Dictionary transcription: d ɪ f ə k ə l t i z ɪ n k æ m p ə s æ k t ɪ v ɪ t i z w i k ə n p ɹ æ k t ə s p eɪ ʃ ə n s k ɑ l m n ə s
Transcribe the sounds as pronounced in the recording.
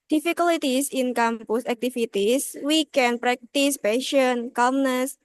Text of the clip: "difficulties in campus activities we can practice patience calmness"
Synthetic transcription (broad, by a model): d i f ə k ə l t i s ɪ n k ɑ m p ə s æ k t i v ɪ t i s w i k ə n p ɹ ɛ k t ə s p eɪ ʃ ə n k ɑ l m n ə s